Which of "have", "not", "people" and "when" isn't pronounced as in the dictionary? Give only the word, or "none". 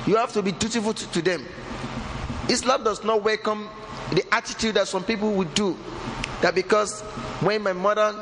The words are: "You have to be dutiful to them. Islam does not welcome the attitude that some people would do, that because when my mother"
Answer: have